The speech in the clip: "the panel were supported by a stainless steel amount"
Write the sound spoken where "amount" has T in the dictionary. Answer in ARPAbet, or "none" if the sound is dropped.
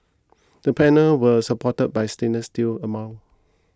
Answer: none